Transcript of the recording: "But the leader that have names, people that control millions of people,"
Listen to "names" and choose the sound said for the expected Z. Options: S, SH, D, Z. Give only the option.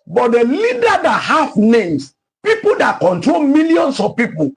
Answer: S